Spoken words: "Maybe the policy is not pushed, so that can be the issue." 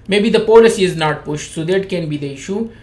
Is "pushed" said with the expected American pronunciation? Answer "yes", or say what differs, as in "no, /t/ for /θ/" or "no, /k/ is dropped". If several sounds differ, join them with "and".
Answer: yes